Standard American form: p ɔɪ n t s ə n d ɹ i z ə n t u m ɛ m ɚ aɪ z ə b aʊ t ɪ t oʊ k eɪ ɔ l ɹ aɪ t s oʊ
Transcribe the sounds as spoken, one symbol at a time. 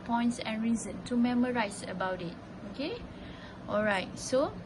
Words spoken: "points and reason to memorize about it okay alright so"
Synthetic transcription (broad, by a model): p ɔɪ n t s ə n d ɹ i z ə n t u m ɛ m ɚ aɪ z ə b aʊ t ɪ t oʊ k eɪ ɔ l ɹ aɪ t s oʊ